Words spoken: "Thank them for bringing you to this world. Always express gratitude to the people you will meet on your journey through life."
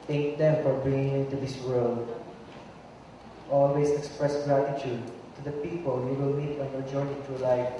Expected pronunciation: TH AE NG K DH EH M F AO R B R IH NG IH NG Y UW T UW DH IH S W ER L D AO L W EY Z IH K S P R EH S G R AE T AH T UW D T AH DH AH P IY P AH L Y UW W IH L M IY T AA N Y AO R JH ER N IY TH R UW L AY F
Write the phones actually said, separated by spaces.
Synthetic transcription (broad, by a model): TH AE NG K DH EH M F AO R B R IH NG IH NG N T UW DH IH S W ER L D AO L W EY S IH K S P R EH S G R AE T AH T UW D T AH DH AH P IY P AH L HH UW W IH L M IY T AA N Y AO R JH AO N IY T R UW L AY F